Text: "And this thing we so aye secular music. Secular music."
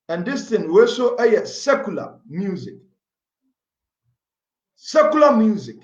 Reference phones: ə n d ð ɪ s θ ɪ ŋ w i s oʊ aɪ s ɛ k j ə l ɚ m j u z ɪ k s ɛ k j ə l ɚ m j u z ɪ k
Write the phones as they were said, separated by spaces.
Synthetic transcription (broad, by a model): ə n d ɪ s t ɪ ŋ w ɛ s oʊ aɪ s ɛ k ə l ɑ m j u z ɪ k s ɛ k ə l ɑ m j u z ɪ k